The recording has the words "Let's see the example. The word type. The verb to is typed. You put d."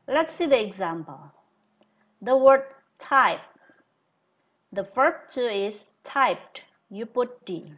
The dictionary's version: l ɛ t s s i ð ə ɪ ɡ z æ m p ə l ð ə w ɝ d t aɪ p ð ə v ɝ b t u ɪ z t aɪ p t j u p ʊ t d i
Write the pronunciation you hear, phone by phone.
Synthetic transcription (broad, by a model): l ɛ t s s i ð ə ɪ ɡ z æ m p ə l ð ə w ɝ d t aɪ p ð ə f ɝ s t u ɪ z t aɪ p t j u p ʊ t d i